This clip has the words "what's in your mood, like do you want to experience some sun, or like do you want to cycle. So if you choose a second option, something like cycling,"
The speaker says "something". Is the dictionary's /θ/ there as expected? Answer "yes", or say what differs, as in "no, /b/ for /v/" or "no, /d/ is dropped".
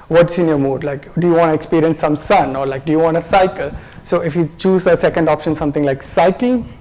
no, /t/ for /θ/